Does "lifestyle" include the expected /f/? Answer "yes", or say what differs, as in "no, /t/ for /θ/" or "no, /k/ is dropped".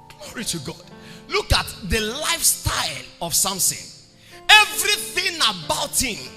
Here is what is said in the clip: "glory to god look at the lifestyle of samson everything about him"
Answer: yes